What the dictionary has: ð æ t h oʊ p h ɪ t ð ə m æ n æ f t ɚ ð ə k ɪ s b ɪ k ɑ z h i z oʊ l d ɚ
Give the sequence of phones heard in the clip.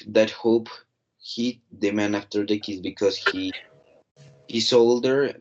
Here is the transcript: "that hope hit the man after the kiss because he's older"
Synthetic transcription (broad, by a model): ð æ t h oʊ p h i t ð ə m æ n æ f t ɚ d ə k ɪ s b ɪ k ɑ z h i s oʊ l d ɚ